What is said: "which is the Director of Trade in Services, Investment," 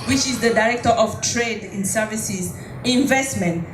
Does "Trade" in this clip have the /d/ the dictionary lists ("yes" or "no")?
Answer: yes